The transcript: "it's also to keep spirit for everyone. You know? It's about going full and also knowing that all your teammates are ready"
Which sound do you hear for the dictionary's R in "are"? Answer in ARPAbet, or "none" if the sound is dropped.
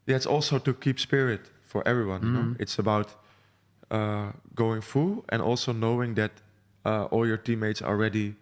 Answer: L